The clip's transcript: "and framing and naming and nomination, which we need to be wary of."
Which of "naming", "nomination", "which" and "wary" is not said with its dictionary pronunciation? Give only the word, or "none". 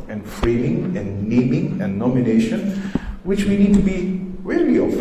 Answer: wary